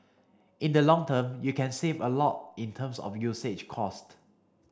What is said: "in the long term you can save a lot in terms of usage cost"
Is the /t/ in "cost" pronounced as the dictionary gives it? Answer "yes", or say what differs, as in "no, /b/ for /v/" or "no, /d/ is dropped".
yes